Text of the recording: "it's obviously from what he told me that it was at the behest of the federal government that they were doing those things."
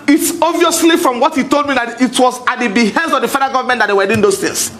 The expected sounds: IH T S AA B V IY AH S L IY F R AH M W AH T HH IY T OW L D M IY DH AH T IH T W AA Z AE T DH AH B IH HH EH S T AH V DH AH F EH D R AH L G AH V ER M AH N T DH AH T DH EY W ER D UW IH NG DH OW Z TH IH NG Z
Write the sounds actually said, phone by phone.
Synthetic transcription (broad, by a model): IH T S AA V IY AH S L IY F R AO M W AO T HH IY T OW L D M IY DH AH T IH T W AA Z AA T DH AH B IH HH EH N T AH V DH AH F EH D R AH G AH V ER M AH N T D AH T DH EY W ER D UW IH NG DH OW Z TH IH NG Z